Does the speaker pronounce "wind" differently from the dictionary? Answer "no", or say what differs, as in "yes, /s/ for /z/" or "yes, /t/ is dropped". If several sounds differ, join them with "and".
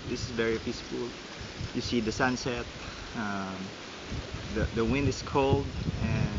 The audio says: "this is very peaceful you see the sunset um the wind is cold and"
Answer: no